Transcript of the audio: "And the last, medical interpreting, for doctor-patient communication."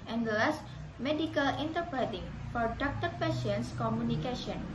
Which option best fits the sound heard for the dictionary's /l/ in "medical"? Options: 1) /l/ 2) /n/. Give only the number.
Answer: 1